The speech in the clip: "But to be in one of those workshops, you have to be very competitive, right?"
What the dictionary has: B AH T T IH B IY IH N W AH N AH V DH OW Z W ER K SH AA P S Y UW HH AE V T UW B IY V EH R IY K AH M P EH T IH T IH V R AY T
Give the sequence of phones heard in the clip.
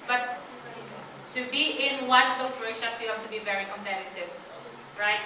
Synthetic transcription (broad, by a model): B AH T T IH B IY IH N W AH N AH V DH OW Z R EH SH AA S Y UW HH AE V T UW B IY V EH R IY K AH M P EH T IH T IH V R AY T